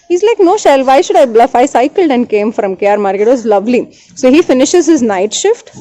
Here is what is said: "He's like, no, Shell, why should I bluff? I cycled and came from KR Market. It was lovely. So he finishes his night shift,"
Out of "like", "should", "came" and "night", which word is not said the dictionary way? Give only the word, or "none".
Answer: none